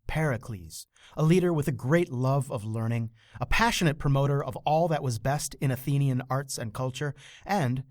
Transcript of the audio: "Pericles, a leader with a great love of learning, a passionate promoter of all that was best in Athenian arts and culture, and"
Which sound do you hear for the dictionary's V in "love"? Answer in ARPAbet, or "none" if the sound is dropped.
V